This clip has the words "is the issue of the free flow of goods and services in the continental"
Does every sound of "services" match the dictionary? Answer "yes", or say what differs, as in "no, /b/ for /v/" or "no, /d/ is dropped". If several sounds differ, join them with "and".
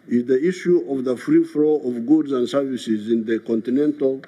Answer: yes